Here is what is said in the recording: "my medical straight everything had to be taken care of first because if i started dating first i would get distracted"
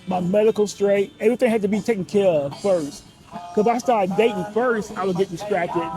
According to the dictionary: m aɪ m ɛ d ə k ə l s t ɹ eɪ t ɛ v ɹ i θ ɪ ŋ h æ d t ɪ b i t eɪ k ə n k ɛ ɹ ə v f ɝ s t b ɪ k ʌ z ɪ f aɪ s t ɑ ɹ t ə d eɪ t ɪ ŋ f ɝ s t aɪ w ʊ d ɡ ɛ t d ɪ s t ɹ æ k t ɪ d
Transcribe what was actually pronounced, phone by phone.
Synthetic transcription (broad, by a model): m aɪ m ɛ d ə k l s t ɹ eɪ t ɛ v ɹ i θ ɪ ŋ h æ d t ɪ b i t eɪ k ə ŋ k ɛ ɹ ə v f ɝ s t k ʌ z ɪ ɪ s t ɑ ɹ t d eɪ t ɪ ŋ f ɝ s t aɪ w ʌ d ɡ ɛ t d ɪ s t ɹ æ k t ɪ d